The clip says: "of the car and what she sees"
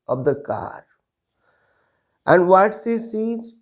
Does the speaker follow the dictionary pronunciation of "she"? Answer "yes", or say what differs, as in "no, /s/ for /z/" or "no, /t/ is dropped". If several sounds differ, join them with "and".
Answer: no, /s/ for /ʃ/